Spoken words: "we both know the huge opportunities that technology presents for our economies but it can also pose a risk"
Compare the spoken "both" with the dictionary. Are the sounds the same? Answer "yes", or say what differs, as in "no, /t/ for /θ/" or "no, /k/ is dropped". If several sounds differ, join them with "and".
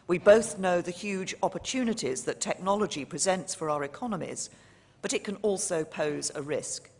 yes